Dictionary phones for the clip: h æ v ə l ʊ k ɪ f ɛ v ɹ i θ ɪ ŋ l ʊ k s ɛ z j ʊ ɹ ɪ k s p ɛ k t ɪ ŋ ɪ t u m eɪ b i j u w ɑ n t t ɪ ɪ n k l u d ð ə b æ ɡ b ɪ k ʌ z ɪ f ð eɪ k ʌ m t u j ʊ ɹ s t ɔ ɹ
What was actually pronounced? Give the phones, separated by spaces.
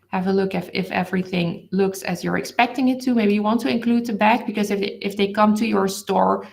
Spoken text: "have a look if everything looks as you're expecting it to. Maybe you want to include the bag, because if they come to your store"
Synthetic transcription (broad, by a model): h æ v ə l ʊ k ɪ f ɛ v ɹ i θ ɪ ŋ l ʊ k s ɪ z j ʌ ɹ ɪ k s p ɛ k t ɪ ŋ ɪ t u m eɪ b i j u w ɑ n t t ɪ ɪ n k l u d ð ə b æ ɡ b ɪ k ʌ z ɪ f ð eɪ k ʌ m t u j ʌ ɹ s t ɔ ɹ